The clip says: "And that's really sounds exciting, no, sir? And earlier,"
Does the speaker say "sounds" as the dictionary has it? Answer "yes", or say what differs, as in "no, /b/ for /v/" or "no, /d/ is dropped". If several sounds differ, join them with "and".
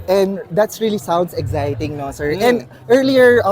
no, /s/ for /z/